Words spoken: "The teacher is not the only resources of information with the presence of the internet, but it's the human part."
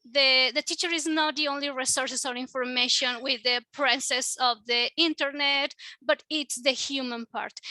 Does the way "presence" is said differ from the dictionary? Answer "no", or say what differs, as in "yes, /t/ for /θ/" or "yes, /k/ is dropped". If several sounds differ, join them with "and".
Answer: yes, /s/ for /z/ and /n/ is dropped